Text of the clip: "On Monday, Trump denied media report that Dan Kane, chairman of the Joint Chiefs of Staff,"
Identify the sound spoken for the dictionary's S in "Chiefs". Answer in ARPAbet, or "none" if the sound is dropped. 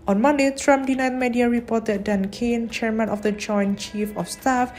none